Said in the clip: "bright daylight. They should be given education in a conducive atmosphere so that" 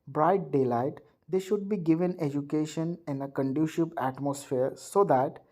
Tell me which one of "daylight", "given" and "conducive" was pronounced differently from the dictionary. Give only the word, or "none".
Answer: conducive